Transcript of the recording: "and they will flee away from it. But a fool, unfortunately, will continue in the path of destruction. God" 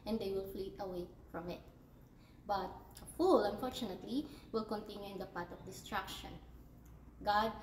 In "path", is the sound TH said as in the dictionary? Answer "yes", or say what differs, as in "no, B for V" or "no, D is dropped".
no, T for TH